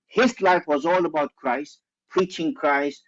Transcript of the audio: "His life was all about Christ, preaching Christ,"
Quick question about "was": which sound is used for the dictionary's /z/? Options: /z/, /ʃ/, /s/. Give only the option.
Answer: /z/